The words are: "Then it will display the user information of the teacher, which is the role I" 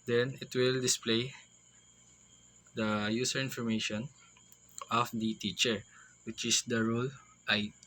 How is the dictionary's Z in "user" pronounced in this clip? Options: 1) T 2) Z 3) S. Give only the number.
3